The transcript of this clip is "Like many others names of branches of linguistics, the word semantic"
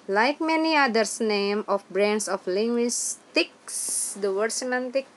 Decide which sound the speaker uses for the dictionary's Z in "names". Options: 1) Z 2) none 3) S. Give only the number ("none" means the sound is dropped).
2